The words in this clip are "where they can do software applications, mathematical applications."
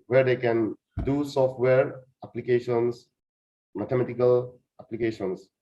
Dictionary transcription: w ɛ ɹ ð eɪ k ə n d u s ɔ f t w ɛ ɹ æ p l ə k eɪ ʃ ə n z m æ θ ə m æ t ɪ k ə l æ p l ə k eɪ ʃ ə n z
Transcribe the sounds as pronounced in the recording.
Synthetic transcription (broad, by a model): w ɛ ɹ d eɪ k ə n d u s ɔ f t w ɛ ɹ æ p l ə k eɪ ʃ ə n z m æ t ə m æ t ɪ k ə l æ p l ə k eɪ ʃ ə n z